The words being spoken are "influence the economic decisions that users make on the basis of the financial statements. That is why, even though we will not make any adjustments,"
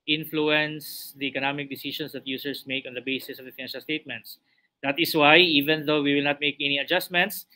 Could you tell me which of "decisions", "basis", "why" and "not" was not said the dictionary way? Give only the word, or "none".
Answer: decisions